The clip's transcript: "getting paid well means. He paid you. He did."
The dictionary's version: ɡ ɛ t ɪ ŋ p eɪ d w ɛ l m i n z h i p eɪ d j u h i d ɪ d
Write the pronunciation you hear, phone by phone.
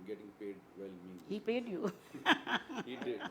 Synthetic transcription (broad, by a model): ɡ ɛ t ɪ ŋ p eɪ d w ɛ l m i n h i p eɪ d j u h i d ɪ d